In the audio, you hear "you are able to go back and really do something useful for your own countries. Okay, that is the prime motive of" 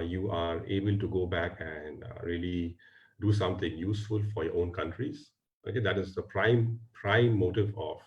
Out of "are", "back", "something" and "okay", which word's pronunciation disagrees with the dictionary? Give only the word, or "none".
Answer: something